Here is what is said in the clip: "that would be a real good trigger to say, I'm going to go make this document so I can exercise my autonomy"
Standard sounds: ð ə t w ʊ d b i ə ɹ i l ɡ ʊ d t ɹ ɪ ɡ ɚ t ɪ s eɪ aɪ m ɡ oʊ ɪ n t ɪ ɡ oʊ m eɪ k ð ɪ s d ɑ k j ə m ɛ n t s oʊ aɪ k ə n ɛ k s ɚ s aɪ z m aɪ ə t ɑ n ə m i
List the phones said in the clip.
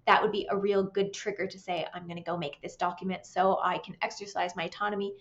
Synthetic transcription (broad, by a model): ð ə t w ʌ d b i ə ɹ i l ɡ ʊ d t ɹ ɪ ɡ ɚ t ɪ s eɪ aɪ m ɡ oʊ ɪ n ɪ ɡ oʊ m eɪ k ð ɪ s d ɑ k j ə m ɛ n t s oʊ aɪ k ə n ɛ k s ɚ s aɪ z m aɪ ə t ɑ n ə m i